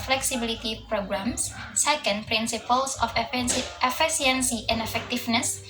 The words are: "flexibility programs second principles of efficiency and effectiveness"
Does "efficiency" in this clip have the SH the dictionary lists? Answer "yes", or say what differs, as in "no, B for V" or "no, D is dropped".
no, S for SH